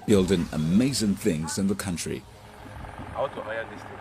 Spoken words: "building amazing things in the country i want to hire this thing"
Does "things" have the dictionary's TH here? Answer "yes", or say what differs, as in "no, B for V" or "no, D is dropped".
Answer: yes